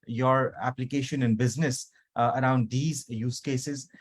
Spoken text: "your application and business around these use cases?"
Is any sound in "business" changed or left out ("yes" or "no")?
no